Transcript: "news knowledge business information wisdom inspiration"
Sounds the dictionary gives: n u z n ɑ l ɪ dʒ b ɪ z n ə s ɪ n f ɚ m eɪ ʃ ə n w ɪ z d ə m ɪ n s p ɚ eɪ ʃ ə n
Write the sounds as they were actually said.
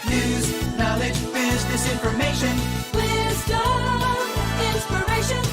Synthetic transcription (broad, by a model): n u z n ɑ l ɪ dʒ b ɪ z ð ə s ɪ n f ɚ m eɪ ʃ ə n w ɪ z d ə ɪ n s p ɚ eɪ ʃ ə n